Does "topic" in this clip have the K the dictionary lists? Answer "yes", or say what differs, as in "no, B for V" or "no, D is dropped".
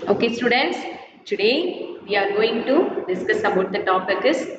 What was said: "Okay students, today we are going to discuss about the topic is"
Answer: yes